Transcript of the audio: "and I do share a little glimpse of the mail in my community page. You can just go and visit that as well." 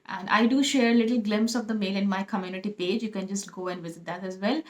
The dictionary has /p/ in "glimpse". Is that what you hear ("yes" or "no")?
yes